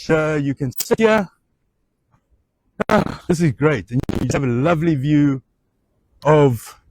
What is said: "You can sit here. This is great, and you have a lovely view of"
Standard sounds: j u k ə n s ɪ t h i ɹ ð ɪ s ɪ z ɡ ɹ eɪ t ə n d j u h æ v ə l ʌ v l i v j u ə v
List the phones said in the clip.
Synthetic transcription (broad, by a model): j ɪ k ə n s ɪ t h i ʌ ð ɪ s ɪ z ɡ ɹ eɪ t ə n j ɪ v ə l ʌ v l i v j u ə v